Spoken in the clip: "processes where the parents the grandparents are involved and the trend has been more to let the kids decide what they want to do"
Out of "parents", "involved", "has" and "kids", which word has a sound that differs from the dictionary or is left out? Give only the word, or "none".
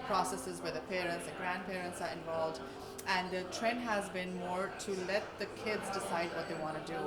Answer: none